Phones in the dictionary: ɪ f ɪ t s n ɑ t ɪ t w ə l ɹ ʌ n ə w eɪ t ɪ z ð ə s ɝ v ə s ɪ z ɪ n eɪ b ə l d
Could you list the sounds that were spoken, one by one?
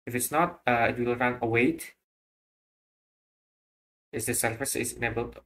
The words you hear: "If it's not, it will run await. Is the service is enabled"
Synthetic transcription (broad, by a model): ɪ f ɪ t s n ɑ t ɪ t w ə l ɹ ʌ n ə w eɪ t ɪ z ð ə s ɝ f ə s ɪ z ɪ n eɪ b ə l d